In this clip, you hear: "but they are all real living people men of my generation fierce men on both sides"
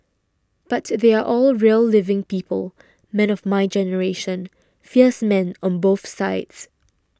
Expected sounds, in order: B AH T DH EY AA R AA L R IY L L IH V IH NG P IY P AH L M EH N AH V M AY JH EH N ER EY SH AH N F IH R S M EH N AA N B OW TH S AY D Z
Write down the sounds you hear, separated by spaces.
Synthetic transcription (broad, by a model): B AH T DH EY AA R AA L R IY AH L IH V IH NG P IY P AH L M EH N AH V M AY JH EH N ER EY SH AH N F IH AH S M EH N AA N B OW TH S AY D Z